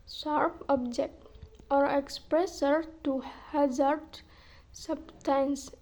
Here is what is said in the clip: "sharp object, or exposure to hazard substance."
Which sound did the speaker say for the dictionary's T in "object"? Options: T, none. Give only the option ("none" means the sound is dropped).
T